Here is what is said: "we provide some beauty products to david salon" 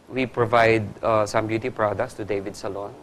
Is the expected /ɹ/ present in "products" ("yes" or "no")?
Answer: yes